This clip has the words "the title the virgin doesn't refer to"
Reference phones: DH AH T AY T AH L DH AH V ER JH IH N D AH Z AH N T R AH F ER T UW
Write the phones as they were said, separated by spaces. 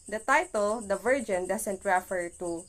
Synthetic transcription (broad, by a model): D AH T AY T AH L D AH V ER JH IH N D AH S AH N T R AH F ER T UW